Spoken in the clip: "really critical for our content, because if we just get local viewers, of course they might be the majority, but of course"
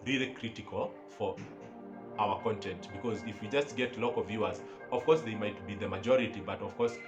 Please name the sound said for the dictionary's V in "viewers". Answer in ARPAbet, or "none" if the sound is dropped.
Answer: V